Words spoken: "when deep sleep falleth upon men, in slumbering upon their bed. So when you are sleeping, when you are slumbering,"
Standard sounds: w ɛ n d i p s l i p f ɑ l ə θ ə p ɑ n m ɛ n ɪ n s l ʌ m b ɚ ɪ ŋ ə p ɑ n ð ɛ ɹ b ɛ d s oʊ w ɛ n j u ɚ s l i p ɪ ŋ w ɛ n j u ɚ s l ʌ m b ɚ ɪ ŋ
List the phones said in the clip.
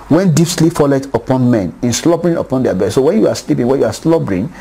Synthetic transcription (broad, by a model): w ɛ n d i p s l i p f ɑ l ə t ə p ɑ n m ɛ n ɪ n s l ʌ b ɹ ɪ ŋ ə p ɑ n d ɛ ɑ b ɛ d s oʊ w ɛ n j u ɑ s l i p ɪ ŋ w ɛ n j u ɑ s l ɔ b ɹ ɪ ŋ